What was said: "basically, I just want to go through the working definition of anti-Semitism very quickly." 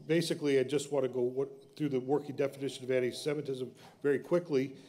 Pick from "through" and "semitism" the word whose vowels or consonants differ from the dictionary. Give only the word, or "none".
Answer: none